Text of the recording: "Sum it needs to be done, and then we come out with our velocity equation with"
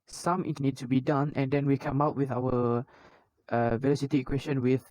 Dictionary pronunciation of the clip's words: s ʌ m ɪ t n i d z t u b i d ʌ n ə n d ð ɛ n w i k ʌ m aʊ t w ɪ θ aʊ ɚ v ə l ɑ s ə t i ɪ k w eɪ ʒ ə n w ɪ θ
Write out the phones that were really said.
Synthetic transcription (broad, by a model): s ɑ m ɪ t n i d s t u b i d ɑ n ə n d ɛ n w i k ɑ m aʊ t w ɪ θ aʊ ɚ v ə l ɑ s ə t i k w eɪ ʃ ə n w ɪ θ